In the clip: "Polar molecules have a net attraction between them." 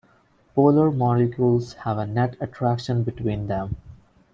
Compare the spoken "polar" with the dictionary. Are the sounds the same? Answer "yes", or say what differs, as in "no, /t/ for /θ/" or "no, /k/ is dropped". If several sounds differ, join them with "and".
yes